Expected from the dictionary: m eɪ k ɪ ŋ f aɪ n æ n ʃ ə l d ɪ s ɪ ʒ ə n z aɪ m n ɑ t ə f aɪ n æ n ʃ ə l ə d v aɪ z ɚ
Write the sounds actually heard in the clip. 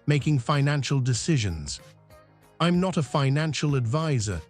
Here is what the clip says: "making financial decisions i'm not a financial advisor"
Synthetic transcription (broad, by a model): m eɪ k ɪ ŋ f aɪ n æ n ʃ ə l d ɪ s ɪ ʒ ə n z aɪ m n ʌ t ə f aɪ n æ n ʃ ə l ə d v aɪ z ɚ